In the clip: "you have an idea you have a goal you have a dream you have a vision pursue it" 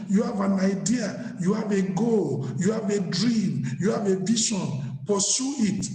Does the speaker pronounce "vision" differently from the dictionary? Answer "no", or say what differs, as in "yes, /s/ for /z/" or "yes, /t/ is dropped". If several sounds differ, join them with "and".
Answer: yes, /ʃ/ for /ʒ/